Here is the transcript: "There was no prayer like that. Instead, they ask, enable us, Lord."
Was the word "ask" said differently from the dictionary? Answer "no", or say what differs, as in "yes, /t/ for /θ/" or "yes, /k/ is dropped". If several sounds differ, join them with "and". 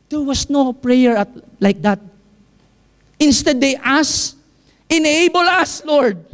yes, /k/ is dropped